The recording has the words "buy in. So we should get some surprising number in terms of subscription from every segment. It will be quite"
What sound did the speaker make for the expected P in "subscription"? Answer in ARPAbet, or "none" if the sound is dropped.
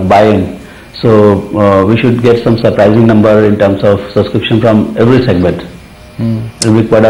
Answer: P